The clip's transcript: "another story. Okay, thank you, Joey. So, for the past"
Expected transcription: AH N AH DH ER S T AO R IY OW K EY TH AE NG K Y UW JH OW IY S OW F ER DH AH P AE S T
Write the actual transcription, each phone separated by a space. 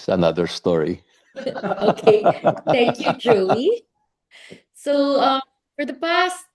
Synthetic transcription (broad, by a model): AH N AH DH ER S T AO R IY OW K EY TH AE NG K Y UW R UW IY S OW F ER DH AH P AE S T